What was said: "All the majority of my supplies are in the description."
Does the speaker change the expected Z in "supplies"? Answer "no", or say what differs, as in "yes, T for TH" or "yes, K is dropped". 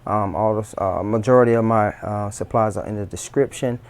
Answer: no